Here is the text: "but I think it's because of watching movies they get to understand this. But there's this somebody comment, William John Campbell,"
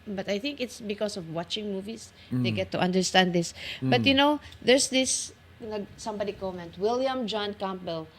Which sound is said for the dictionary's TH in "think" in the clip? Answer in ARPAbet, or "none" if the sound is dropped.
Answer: TH